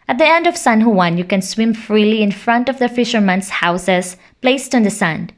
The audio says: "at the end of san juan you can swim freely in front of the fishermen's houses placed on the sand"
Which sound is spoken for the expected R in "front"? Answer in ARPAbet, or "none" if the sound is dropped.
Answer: R